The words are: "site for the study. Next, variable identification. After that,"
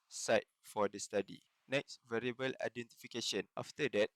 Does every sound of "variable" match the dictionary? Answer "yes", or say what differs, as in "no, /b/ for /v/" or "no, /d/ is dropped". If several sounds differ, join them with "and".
yes